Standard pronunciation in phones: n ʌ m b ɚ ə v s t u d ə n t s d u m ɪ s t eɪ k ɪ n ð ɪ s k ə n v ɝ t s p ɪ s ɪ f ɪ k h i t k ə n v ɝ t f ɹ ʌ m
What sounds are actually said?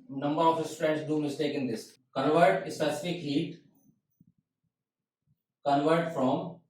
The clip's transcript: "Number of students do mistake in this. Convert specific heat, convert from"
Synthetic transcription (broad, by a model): n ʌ m b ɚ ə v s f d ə n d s d u m ɪ s t eɪ k ɪ n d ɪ s k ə n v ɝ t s ɪ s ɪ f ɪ k h i t k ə n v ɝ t f ɹ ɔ m